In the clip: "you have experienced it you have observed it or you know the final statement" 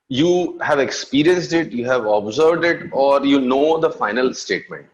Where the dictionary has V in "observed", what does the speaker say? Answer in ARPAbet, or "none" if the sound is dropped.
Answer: V